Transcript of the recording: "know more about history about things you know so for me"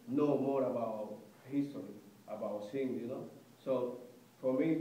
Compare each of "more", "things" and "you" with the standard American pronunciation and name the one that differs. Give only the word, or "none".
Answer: things